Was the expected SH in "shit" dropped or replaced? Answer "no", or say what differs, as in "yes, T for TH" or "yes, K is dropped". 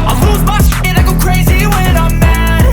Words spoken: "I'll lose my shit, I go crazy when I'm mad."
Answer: yes, S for SH